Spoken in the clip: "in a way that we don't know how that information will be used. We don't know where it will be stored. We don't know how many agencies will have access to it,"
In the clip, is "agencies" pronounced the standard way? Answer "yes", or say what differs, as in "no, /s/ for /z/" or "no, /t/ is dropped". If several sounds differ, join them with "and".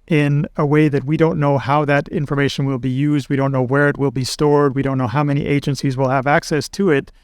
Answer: yes